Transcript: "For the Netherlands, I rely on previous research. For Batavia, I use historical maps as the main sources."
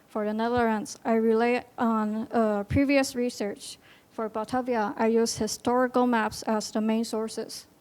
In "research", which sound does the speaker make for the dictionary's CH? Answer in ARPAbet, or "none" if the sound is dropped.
CH